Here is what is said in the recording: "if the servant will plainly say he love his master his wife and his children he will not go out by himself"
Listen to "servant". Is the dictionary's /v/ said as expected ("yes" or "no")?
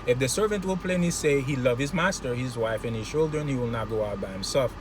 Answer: yes